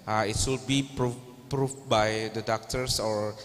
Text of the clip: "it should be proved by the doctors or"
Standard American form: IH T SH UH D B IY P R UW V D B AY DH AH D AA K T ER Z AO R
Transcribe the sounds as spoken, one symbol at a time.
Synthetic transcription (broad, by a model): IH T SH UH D B IY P R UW P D B AY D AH D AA K T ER S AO R